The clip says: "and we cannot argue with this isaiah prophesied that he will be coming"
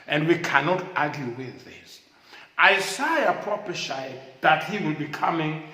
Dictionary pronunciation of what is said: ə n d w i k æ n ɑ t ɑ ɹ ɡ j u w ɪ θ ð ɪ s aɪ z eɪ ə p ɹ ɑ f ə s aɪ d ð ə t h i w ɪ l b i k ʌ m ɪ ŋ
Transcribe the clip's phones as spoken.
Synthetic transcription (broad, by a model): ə n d w i k æ n ɑ t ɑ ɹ ɡ j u w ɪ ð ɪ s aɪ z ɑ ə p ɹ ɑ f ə ʃ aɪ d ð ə t h i w ɪ l b i k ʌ m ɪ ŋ